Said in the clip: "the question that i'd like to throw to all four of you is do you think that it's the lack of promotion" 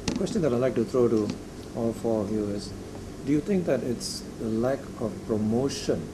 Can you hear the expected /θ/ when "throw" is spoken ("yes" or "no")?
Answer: no